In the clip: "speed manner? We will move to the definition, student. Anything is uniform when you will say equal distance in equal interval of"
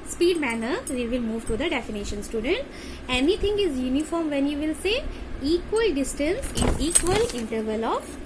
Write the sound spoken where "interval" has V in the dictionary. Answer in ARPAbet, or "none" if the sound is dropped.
V